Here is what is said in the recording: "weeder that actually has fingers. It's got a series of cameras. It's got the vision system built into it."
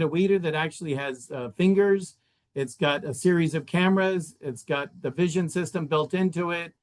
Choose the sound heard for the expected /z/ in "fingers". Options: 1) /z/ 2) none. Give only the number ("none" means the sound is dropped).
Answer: 1